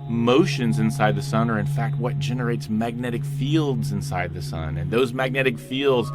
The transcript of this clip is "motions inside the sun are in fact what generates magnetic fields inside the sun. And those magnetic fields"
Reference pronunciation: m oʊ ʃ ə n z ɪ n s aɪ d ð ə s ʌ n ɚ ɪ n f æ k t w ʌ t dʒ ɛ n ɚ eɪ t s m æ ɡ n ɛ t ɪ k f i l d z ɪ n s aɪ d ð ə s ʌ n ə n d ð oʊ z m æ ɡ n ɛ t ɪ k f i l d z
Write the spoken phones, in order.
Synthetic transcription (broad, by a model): m oʊ ʃ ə n z ɪ n s aɪ d ð ə s ʌ n ɚ ɪ n f æ k t w ʌ t dʒ ɛ n ɚ eɪ t s m æ ɡ n ɛ t ɪ k f i l d z ɪ n s aɪ d ð ə s ʌ n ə n ð oʊ z m æ ɡ n ɛ t ɪ k f i l d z